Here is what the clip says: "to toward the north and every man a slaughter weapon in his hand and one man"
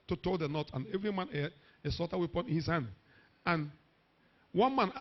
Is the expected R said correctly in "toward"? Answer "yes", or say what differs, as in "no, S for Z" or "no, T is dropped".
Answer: no, L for R